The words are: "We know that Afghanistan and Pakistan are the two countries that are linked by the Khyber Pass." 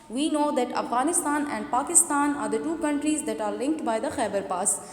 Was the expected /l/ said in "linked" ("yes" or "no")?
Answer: yes